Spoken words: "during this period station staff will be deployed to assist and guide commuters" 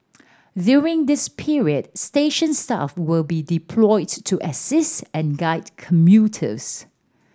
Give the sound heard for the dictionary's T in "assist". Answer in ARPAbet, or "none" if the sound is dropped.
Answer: T